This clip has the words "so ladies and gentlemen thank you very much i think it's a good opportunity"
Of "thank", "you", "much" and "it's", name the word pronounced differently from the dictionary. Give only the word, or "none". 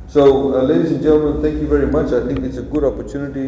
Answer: thank